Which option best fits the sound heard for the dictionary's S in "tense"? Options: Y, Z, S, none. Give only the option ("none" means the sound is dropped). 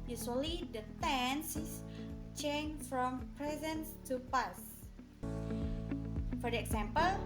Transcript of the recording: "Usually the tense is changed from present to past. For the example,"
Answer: S